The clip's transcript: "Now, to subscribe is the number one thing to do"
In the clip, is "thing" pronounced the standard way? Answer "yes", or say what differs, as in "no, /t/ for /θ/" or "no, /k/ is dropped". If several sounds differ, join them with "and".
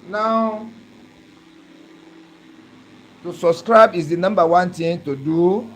no, /t/ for /θ/